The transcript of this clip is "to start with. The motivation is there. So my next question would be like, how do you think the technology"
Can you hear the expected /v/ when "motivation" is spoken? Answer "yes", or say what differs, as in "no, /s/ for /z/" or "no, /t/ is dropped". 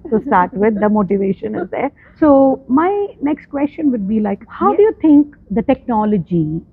yes